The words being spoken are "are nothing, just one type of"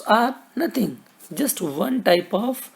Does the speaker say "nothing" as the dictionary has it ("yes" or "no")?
no